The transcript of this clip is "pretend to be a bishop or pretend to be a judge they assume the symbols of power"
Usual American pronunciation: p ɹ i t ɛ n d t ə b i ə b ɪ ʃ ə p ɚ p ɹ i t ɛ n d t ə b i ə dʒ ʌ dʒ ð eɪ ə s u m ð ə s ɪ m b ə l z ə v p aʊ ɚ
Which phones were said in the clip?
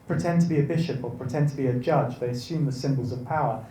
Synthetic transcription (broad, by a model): p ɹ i t ɛ n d t ə b i ə b ɪ ʃ ə p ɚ p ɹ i t ɛ n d t ə b i ə dʒ ʌ dʒ ð eɪ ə s u m ð ə s ɪ m b ə l z ə v p aʊ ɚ